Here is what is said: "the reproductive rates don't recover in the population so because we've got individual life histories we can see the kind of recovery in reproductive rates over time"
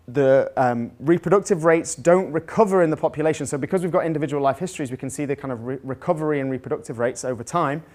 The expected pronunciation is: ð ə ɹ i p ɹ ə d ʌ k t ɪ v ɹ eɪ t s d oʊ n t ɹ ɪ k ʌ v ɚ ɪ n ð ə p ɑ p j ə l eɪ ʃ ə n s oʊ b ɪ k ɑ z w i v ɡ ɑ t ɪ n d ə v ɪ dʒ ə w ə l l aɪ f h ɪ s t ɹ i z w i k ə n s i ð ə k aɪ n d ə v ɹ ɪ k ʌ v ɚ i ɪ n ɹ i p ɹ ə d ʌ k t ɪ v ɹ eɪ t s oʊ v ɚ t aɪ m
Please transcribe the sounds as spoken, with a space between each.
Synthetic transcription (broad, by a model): ð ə ɹ i p ɹ ə d ʌ k t ɪ v ɹ eɪ t s d oʊ n t ɹ ɪ k ʌ v ɚ ɪ n ð ə p ɑ p j ə l eɪ ʃ ə n s oʊ b ɪ k ɑ z w i v ɡ ɑ t ɪ n d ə v ɪ dʒ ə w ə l l aɪ f h ɪ s t ɹ i z w i k ə n s i ð ə k aɪ n d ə v ɹ ɪ k ʌ v ɚ i ɪ n ɹ i p ɹ ə d ʌ k t ɪ v ɹ eɪ t s oʊ v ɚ t aɪ m